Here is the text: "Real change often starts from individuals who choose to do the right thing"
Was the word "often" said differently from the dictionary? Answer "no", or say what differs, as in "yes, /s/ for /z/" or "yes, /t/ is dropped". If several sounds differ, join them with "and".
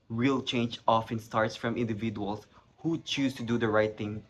no